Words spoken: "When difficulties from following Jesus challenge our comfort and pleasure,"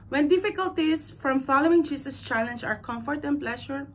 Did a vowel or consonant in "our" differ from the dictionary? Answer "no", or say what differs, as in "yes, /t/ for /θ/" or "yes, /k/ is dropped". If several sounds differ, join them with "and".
no